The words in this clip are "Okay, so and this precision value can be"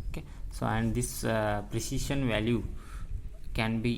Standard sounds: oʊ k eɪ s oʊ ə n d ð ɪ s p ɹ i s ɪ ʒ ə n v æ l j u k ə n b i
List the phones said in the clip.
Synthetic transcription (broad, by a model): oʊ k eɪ s oʊ ə n d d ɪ s p ɹ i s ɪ ʃ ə n v æ l j u k ə n b i